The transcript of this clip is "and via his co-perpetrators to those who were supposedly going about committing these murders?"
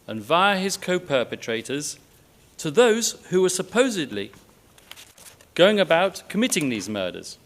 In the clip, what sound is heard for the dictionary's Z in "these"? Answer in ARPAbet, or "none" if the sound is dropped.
Z